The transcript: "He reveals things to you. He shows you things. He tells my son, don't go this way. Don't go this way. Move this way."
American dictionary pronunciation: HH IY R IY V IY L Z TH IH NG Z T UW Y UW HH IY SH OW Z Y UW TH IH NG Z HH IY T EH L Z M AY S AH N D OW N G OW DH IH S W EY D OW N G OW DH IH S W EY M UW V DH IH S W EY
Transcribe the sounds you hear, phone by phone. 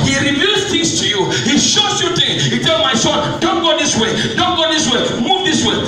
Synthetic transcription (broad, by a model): HH IY R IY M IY Z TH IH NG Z T UW Y UW HH IY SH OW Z Y UW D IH HH IY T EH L M AY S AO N D OW N G OW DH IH S W EY D OW N G OW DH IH S W EY M UW V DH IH S W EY